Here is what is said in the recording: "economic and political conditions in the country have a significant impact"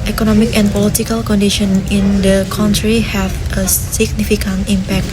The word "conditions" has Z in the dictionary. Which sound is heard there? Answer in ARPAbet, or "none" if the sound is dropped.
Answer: none